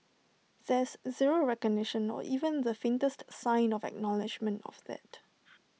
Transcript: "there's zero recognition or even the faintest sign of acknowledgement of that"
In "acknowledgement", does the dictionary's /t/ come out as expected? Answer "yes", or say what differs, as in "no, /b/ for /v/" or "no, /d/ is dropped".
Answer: yes